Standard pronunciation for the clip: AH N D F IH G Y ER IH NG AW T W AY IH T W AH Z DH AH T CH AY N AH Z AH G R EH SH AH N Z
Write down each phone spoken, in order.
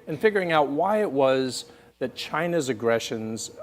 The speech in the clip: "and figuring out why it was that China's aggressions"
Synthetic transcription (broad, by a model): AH N F IH G Y ER IH NG AW T W AY IH T W AH Z DH AH T CH AY N AH Z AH G R EH SH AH N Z